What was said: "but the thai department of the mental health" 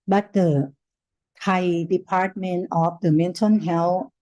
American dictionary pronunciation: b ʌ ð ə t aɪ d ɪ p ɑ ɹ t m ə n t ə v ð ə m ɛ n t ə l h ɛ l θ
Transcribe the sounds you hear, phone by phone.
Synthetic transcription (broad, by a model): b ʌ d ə t aɪ d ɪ p ɑ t m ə n t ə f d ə m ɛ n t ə n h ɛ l